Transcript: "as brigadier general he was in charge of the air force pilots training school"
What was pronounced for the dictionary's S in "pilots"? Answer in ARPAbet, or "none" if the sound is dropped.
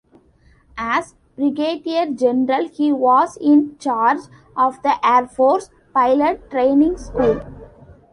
none